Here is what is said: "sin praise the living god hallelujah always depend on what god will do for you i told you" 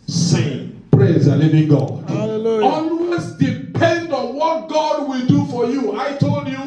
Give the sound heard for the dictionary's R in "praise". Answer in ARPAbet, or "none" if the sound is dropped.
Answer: R